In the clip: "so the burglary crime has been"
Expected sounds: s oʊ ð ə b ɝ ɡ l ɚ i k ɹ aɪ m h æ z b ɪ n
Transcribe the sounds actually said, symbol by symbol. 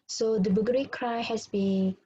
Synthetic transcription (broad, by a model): s oʊ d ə b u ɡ ɚ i k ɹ aɪ h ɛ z b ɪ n